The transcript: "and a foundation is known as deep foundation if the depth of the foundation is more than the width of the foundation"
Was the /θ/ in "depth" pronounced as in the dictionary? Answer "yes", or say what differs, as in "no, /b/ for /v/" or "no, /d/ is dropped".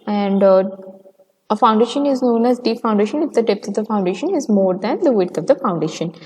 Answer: no, /s/ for /θ/